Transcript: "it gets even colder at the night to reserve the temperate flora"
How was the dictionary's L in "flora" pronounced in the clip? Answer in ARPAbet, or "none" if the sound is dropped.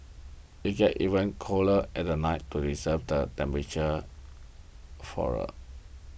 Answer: none